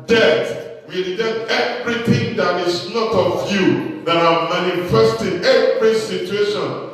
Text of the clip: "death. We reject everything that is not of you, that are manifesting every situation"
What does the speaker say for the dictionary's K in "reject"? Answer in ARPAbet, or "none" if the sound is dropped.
none